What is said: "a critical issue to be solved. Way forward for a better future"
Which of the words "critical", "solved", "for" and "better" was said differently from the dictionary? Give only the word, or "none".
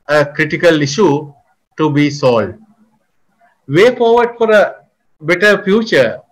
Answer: solved